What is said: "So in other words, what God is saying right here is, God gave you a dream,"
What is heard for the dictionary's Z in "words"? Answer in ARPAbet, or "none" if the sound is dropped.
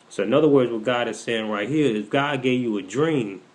Z